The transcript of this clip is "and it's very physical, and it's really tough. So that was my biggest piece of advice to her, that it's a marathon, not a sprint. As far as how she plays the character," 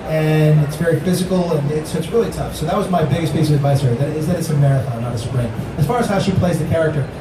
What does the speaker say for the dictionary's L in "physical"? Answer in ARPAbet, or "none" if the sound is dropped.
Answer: N